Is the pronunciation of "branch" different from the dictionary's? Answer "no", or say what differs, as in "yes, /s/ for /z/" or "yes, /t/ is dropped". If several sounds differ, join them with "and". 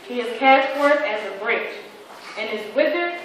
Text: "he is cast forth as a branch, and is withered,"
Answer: yes, /n/ is dropped